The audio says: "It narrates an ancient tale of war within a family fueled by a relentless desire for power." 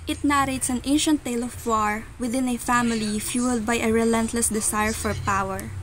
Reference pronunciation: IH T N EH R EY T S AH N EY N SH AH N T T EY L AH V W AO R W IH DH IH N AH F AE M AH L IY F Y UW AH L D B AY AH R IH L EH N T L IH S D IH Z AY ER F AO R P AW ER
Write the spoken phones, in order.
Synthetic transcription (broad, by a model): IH T N EH R EY T S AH N EY N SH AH N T T EY L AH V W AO R W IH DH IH N AH F AE M AH L IY F Y UW L D B AY AH R IH L EH N T L IH S D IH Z AY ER F AO R P AW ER